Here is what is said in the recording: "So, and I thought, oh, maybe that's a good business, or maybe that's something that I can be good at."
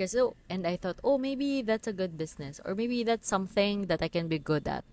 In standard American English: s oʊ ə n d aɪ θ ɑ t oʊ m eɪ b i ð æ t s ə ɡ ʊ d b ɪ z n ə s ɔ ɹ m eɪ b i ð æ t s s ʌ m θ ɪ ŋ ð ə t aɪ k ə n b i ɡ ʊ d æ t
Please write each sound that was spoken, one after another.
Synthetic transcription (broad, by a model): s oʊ ə n d aɪ θ ɑ t oʊ m eɪ b i ð æ t s ə ɡ ʊ d b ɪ s n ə s ɔ ɹ m eɪ b i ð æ t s s ʌ m θ ɪ ŋ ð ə t aɪ k ə n b i ɡ ʊ d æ t